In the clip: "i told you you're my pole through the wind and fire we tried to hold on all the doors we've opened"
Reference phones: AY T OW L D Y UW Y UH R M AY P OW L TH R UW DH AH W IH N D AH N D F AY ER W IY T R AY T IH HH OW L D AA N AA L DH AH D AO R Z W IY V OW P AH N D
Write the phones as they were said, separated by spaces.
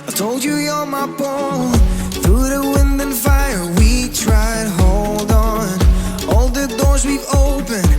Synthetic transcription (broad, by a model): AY T OW L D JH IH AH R M AY B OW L TH R UW DH AH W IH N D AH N F AY ER W IY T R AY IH HH OW L D N AA L DH AH D AO R Z W IY V OW P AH N